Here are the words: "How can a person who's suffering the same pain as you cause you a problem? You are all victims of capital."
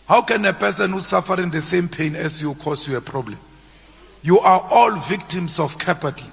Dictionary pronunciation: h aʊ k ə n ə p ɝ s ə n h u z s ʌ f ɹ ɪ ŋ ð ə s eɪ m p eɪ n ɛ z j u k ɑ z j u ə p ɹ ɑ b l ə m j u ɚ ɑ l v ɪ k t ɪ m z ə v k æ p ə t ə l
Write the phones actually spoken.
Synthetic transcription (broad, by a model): h aʊ k ə n ə p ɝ s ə n h u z s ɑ f ɹ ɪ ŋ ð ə s eɪ m p eɪ n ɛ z j u k ɑ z j u ə p ɹ ɑ b l ə m j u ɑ ɑ l v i k t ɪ m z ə f k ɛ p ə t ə